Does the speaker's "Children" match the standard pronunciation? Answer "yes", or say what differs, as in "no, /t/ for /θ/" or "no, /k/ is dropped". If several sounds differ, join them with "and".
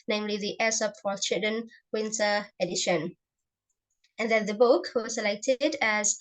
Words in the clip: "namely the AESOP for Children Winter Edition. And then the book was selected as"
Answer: no, /l/ is dropped